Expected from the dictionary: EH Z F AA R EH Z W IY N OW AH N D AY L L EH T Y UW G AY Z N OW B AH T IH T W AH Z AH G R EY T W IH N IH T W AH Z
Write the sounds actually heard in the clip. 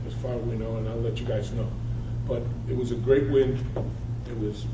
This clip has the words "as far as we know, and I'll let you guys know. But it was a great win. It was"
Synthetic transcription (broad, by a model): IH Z F AA R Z W IY N OW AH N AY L L EH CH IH G AY Z N OW B AH T IH T W AH Z AH G R EY T W IH N IH T W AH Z